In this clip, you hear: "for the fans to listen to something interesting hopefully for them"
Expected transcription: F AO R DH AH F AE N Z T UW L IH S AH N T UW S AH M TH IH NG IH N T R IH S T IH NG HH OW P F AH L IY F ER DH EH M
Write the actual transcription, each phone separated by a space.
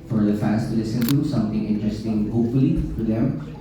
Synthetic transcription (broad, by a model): F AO R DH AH F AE N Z T UW L IH S AH N T UW S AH M T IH NG IH N T R IH S T IH NG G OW F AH L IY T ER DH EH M